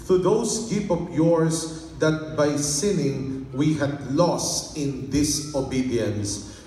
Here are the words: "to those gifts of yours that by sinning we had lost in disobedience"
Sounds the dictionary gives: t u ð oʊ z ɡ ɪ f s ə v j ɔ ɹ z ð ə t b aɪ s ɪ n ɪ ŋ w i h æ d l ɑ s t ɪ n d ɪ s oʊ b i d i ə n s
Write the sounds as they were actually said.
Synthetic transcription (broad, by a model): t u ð oʊ s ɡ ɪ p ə p j ɔ ɹ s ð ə t b aɪ s ɪ n ɪ ŋ w i h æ d l ɑ s t ɪ n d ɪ s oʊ b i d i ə n s